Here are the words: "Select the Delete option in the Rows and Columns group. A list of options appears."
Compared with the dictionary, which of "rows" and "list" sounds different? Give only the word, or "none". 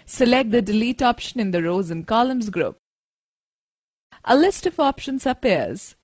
none